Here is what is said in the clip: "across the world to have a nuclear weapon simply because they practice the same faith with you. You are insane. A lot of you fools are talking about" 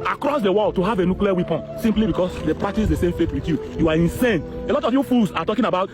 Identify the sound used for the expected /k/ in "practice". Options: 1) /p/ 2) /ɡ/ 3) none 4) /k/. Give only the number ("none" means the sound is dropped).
3